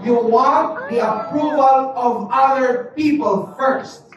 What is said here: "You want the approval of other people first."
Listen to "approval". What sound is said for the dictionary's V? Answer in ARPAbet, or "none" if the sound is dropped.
V